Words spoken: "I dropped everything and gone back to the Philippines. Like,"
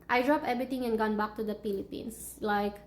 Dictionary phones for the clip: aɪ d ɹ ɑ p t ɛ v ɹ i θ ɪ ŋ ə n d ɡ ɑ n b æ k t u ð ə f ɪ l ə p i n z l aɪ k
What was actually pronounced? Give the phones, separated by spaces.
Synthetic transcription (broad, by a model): aɪ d ɹ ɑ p ɛ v ɹ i t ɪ ŋ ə n ɡ ɑ n b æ k t u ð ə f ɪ l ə p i n s l aɪ k